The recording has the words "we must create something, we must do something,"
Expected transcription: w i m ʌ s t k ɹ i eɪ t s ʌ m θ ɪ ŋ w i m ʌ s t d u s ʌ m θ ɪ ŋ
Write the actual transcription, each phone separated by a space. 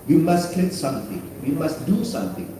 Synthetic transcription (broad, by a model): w i m ʌ s t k l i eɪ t s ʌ m t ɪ ŋ w i m ʌ s t d u s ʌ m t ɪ ŋ